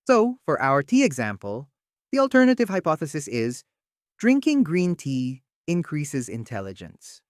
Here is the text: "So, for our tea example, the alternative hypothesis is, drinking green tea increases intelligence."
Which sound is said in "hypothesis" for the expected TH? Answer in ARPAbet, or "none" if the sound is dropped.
TH